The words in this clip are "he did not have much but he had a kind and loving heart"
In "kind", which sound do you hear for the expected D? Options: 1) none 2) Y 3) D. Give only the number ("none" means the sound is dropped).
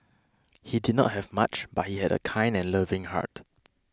3